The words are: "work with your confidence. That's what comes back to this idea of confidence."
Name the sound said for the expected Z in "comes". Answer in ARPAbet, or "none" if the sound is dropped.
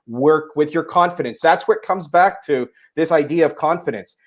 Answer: Z